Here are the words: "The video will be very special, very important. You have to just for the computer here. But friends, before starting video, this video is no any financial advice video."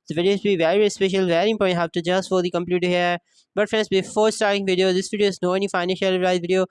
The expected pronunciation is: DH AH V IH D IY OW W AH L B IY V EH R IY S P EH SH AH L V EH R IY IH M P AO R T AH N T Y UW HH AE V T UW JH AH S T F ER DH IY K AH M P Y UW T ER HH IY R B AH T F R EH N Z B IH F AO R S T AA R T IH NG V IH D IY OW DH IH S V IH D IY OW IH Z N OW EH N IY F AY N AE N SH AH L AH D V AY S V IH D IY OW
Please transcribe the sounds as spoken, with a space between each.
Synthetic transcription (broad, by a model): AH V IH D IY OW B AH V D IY V EH R IY S P EH SH AH L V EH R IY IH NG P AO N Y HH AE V T UW JH AH S T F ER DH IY K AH M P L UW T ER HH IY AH B AH T F R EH N S B IH F AO R S T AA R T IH NG V IH D IY OW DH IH S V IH D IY OW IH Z N OW EH N IY F AY N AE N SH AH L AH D AY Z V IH D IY OW